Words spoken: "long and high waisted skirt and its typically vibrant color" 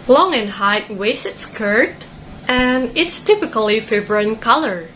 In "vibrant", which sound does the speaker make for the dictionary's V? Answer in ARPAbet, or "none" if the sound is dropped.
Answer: F